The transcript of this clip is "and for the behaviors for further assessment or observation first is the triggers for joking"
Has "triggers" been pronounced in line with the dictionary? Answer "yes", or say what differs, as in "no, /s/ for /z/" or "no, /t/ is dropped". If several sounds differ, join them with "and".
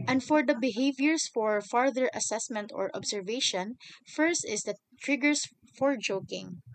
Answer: no, /s/ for /z/